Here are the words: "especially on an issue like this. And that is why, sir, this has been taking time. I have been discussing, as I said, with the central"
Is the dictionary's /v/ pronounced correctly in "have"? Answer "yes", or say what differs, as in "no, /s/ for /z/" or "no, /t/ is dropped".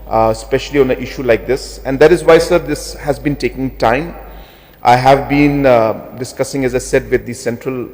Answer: yes